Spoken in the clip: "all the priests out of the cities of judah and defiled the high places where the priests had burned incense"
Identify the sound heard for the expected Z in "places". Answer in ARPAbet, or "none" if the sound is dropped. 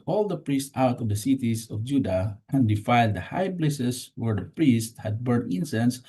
S